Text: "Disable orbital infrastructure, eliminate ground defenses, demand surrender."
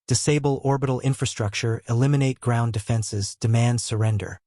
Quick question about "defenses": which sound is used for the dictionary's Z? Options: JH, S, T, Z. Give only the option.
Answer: Z